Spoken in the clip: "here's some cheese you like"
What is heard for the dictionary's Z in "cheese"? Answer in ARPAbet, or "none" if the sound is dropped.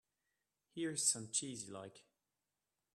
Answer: Z